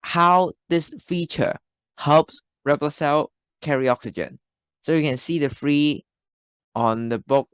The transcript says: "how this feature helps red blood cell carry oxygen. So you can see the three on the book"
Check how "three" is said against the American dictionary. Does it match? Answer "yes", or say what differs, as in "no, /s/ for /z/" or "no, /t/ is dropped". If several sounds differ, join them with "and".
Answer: no, /f/ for /θ/